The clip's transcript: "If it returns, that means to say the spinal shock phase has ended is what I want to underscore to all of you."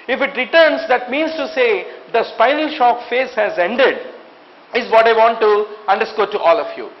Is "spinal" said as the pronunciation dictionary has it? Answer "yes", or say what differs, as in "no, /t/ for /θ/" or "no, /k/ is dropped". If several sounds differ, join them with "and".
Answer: yes